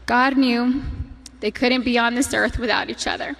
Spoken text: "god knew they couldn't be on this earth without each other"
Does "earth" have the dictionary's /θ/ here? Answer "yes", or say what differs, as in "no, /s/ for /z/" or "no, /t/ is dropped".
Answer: yes